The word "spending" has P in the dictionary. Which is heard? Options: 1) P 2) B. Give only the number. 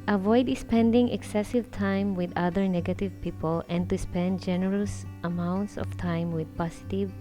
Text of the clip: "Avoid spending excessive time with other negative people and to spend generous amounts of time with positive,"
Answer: 1